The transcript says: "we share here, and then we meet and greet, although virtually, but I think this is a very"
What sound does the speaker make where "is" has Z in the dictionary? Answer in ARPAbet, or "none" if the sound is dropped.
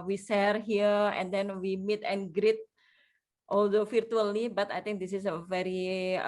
S